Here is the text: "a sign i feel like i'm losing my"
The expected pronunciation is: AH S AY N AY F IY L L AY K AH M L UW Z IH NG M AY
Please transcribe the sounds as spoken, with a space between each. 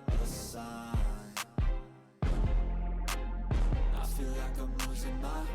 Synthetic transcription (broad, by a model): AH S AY AY F IY L L AY K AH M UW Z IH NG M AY